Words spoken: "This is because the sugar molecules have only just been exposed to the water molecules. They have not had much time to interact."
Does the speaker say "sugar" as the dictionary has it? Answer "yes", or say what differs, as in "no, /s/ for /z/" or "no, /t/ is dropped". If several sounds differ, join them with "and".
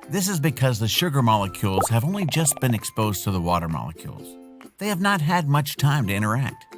yes